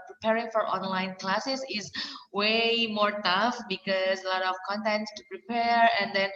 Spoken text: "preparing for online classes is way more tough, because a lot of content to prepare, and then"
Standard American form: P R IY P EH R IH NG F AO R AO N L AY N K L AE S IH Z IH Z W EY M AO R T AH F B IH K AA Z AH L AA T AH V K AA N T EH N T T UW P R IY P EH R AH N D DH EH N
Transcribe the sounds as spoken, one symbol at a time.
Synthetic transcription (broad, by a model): P R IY P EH R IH NG F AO R AO N L AY N K L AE S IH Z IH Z W EY M AO R T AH F B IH K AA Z AH L AA T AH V K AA N T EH N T T UW P R IY P EH R AH N D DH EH N